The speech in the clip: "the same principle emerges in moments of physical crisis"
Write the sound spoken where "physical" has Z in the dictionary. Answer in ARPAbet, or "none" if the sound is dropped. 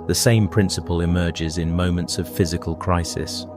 Z